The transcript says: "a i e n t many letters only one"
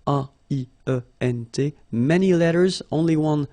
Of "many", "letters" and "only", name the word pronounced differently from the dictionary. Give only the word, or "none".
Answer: none